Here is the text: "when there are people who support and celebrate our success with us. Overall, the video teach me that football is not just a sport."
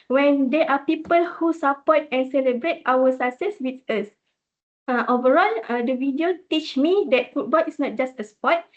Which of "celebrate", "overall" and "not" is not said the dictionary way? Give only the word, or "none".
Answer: none